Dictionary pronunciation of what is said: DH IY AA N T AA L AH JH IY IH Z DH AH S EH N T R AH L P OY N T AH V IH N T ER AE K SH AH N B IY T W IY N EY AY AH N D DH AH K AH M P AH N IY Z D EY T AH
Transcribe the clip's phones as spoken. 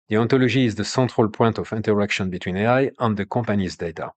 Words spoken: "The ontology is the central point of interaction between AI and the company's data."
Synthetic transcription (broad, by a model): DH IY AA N T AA L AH ZH IY Z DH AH S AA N T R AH L P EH N T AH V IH N T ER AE K SH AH N B IY T W IY N EY AY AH N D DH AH K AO P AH N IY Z D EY T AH